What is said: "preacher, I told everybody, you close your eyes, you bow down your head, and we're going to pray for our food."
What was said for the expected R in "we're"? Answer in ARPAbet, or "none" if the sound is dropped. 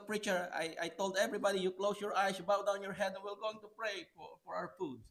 L